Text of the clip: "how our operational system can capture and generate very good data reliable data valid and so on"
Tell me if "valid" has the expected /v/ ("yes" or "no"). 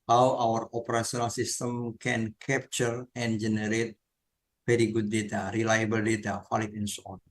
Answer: no